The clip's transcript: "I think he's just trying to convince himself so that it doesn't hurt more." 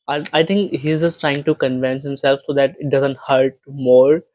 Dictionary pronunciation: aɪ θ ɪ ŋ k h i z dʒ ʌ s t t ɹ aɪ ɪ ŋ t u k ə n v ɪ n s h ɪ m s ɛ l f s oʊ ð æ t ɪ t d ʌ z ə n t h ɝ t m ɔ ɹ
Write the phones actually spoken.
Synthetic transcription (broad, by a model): aɪ t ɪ ŋ k h i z dʒ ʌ s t t ɹ aɪ ɪ ŋ t u k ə n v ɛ n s h ɪ m s ɛ l f s oʊ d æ t ɪ t d ʌ z ə n t h ɝ t m ɔ ɹ